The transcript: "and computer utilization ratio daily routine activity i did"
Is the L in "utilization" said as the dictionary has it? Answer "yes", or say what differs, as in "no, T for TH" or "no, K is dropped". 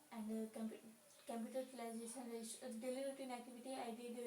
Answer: no, L is dropped